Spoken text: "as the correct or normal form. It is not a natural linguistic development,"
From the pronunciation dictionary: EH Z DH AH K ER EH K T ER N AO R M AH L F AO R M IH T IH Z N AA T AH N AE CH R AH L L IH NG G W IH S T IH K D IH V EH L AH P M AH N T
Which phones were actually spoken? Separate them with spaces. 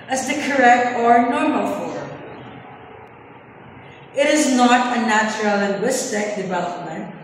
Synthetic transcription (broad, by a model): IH Z DH AH K ER EH K T ER N AO R M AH L F AO R M IH T IH Z N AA T AH N AE CH R AH L L IH NG G W IH S T IH K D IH V EH L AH P M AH N T